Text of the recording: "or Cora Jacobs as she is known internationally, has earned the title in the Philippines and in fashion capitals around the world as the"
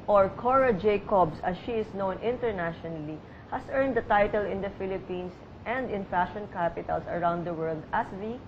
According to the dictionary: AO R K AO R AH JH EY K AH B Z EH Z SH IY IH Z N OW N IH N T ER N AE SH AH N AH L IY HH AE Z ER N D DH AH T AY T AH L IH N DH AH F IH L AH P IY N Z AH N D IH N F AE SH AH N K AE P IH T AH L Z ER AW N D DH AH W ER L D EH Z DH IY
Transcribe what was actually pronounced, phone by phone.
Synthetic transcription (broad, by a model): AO R K AO R AH JH EY K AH B S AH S SH IY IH S N OW N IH N T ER N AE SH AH N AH L IY HH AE S ER N D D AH T AY T AH L IH N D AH F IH L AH P IY N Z AH N D IH N F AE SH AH N K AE P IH T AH L S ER AW N D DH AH W ER L D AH S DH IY